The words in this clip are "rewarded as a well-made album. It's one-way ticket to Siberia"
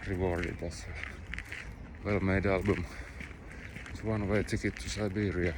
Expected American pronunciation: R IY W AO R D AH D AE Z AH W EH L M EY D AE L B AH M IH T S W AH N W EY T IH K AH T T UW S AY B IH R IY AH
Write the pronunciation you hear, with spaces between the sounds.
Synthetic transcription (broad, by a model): R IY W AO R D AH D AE S AH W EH L M EY D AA L B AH M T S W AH N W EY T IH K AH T T UW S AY B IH R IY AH